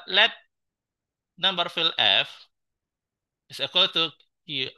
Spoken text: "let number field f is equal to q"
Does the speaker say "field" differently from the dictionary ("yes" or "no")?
yes